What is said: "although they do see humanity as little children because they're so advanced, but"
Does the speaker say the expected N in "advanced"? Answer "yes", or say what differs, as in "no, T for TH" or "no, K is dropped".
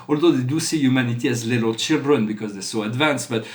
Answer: yes